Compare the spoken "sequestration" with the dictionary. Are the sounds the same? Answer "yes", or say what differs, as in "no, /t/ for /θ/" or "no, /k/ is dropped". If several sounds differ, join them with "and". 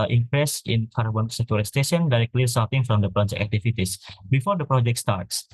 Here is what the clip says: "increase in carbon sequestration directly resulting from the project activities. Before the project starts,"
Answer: no, /ɹ/ is dropped